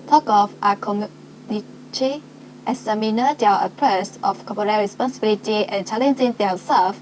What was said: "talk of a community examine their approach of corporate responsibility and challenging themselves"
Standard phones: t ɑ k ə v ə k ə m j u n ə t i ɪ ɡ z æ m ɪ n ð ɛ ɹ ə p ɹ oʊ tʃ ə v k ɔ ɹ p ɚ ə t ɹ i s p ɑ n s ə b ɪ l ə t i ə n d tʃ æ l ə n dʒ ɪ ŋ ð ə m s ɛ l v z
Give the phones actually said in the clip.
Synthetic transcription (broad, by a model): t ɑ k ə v ə k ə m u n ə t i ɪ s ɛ m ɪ n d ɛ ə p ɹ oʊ s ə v k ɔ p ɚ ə ɹ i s p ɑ n s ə b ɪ l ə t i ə n tʃ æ l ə n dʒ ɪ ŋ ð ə s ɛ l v